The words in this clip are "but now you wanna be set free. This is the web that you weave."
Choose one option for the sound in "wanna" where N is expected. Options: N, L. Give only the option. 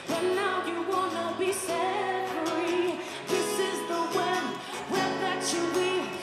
N